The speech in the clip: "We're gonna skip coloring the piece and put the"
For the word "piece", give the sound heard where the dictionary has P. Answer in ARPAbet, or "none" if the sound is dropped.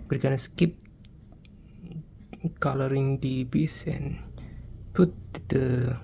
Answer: B